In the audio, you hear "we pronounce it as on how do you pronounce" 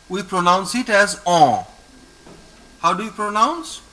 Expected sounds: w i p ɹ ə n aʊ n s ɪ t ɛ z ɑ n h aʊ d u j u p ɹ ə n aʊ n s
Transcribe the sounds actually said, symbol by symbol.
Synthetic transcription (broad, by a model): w i p ɹ ə n aʊ n s ɪ t ɛ z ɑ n h aʊ d u j u p ɹ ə n aʊ n s